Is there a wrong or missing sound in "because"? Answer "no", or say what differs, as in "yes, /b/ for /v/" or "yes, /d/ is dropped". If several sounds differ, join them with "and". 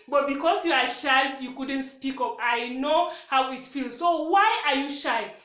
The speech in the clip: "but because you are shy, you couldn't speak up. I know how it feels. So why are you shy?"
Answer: yes, /s/ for /z/